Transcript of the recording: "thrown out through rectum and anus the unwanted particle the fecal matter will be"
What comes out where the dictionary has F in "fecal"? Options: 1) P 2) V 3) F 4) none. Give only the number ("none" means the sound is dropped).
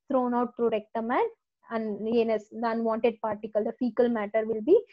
3